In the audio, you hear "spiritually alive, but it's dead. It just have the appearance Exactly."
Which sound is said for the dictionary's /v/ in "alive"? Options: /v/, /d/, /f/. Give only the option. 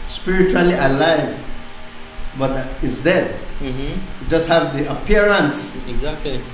/v/